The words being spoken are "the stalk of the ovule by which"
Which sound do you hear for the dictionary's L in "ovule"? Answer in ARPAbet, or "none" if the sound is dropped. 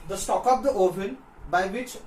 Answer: N